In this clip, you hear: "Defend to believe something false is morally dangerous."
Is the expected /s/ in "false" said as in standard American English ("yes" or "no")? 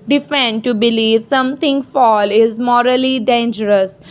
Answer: no